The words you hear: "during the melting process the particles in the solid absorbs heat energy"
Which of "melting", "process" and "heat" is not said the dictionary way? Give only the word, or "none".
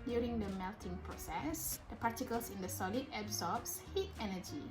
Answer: none